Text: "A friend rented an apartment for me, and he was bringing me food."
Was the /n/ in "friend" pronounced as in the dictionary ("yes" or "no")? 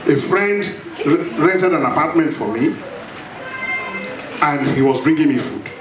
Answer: yes